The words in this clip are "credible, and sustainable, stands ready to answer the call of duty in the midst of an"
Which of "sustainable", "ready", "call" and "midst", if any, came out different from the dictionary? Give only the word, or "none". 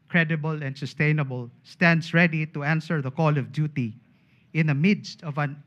none